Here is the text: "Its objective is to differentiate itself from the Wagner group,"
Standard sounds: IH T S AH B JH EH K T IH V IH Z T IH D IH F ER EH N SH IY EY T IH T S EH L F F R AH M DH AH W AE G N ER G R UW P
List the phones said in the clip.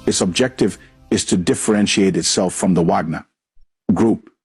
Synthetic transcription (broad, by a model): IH T S AH B JH EH K T IH V IH Z T IH D IH F ER EH N SH IY EY T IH T S EH L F F R AH M DH AH W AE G N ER G R UW P